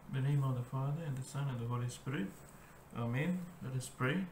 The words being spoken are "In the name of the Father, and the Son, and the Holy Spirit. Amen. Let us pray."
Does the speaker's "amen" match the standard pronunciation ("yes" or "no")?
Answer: yes